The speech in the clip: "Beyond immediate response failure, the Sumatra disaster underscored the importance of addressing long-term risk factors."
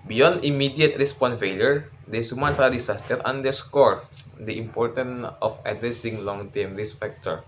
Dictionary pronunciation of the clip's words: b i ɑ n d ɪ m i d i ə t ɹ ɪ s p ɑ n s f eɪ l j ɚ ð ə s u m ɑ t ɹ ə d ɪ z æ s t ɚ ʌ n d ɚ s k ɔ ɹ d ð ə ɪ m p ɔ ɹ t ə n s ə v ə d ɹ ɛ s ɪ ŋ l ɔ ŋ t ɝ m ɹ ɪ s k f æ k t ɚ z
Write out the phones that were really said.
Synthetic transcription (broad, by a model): b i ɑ n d ɪ m i d i ə t ɹ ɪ s p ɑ n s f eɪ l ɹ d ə s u m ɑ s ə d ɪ s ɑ s t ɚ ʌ n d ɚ s k ɔ ɹ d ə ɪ m p ɔ ɹ t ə n ə f ə d ɹ ɛ s ɪ ŋ l ɔ ŋ t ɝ m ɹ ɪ s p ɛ k t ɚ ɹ